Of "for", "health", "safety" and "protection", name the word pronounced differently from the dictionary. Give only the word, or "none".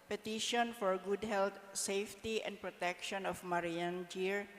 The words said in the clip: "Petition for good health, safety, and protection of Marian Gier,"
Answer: health